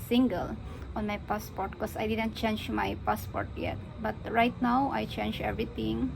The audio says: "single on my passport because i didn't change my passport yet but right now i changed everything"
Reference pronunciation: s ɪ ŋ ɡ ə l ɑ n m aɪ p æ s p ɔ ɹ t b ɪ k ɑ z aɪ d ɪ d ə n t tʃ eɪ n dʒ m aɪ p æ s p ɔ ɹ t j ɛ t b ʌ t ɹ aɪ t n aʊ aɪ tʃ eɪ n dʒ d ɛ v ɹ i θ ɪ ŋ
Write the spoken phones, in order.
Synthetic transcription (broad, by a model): s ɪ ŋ ɡ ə l ɑ n m aɪ p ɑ s p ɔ ɹ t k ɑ s aɪ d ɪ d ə n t tʃ eɪ n dʒ m aɪ p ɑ s p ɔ ɹ t j ɛ t b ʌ t ɹ aɪ t n aʊ aɪ tʃ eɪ n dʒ ɛ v ɹ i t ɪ ŋ